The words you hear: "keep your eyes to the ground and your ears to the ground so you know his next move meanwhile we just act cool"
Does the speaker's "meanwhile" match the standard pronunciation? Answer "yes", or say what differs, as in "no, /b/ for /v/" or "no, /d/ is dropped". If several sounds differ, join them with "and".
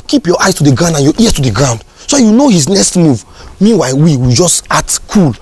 no, /w/ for /l/